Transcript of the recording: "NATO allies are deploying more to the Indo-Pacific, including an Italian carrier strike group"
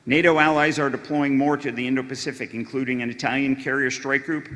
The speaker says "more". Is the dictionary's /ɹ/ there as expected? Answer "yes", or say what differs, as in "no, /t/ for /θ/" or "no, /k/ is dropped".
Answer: yes